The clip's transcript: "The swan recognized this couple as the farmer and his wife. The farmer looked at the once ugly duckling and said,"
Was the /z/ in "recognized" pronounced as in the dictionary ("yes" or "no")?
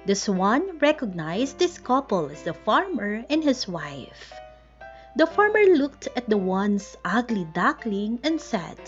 no